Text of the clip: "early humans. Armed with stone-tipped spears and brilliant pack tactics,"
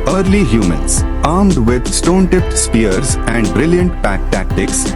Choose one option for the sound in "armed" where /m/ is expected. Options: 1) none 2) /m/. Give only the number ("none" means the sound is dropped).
2